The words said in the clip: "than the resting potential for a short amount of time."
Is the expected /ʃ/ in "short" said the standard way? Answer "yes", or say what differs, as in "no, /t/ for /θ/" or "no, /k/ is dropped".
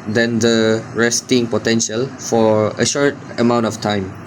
yes